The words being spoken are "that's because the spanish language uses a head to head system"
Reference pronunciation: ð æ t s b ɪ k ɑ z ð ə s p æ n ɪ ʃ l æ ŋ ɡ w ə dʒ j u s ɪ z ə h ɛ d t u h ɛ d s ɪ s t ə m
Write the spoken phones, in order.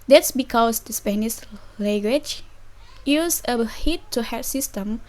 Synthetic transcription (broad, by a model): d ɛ t s b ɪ k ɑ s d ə s p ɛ n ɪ s l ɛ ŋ ɡ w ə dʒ j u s ə h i t u h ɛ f s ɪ s t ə m